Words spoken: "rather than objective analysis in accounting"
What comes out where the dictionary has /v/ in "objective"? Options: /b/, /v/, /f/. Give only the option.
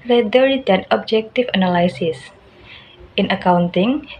/f/